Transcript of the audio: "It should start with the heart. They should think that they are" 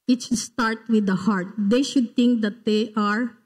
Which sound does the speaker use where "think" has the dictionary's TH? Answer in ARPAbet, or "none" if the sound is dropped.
T